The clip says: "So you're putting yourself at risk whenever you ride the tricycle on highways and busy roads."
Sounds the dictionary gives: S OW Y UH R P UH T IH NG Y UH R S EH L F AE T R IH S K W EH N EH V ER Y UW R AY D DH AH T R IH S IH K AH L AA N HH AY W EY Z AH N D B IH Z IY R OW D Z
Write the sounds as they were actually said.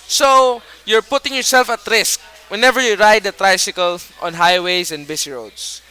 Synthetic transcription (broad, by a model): S OW Y UH R P UH T IH NG Y UH R S EH L F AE T R IH S K W EH N EH V ER Y UW R AY D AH T R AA S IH K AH L AA N HH AY W EY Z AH N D B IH S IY R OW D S